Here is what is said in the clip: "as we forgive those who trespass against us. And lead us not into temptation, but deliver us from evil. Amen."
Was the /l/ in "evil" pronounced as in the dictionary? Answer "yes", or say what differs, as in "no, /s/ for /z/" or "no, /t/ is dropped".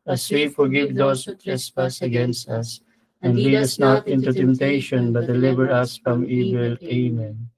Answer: yes